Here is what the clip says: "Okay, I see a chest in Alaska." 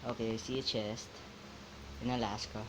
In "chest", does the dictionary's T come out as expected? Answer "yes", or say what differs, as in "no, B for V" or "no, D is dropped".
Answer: yes